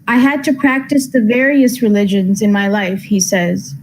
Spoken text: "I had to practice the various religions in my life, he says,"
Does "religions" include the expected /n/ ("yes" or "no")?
yes